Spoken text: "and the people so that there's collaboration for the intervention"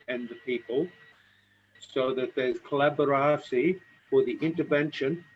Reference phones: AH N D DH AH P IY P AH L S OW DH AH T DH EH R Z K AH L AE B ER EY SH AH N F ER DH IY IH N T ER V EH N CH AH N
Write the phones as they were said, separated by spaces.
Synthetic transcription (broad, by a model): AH N DH AH P IY P AH L S OW DH AH T DH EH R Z K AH L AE B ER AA S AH F ER DH IY IH N T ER V EH N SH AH N